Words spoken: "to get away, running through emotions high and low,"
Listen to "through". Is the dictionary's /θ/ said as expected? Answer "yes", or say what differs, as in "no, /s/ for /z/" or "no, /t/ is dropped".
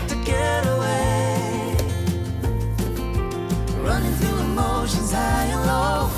yes